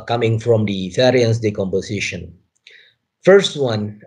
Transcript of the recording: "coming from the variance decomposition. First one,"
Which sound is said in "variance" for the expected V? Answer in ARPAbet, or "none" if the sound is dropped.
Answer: F